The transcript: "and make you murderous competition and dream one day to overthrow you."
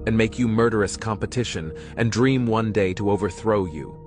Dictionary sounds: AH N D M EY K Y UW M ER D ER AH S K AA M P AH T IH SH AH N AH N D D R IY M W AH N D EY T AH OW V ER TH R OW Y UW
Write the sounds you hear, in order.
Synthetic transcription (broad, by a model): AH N M EY K Y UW M ER D ER AH S K AA M P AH T IH SH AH N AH N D D R IY M W AH N D EY T AH OW V ER TH R OW Y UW